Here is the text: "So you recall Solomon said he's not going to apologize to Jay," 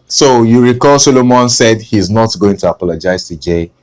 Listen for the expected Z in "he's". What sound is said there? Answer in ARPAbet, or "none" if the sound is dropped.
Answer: Z